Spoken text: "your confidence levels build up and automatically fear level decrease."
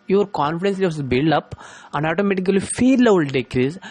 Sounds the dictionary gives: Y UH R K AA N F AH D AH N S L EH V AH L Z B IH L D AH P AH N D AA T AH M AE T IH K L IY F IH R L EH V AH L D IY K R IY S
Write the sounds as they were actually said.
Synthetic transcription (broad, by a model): Y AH R K AA N F AH D AH N S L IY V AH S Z B IH L D AH P AH N D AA T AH M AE T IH K L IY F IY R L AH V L D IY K R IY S